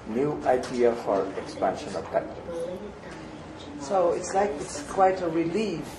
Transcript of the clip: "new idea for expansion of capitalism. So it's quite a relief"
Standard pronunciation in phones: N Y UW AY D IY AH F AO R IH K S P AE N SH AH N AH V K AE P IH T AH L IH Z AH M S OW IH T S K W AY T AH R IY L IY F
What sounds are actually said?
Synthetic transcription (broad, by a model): N Y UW AY D IY AH F AO R IH K S P AE N SH AH N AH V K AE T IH S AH UH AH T S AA IH T S K W AY T AH R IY L IY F